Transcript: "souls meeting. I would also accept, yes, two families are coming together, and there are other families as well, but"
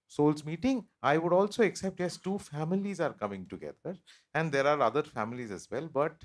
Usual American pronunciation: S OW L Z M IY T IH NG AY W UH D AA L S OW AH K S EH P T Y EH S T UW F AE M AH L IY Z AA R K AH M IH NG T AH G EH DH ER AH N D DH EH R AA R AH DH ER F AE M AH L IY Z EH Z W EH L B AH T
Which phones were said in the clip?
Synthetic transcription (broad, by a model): S OW L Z M IY T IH NG AY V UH D AA L S OW AH K S EH P T Y EH S T UW F AE M AH L IY Z AA R K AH M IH NG T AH G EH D ER AH N D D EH R AA R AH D ER F AE M AH L IY Z EH Z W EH L B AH T